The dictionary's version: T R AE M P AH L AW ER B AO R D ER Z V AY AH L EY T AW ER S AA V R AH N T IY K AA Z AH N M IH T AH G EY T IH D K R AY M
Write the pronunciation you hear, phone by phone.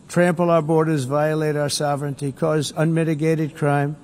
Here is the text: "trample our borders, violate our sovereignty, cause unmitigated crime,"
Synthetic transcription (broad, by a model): T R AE M P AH L AW ER B AO R D ER Z V AY AH L EY T AW ER S AA V R AH N T IY K AA Z AH N M IH T AH G EY T IH D K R AY M